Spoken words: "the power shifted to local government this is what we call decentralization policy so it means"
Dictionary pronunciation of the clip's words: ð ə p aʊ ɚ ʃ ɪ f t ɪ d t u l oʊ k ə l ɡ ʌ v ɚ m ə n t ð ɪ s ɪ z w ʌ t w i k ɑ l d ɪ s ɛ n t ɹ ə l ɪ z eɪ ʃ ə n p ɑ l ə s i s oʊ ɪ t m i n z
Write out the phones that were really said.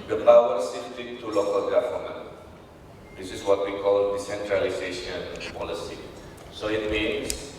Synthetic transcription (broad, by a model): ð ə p aʊ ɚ s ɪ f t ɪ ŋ t u l oʊ k ə l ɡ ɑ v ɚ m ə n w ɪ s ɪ s w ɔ t w i k ɑ l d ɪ s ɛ n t ɹ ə l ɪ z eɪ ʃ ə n p ɑ l ə s i s oʊ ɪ t m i n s